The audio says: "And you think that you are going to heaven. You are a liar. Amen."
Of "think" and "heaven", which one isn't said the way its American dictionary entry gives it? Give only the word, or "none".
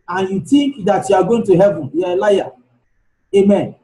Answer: think